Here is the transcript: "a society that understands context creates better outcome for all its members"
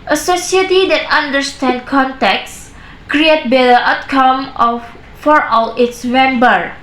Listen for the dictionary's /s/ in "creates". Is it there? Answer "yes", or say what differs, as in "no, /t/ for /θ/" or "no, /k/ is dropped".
no, /s/ is dropped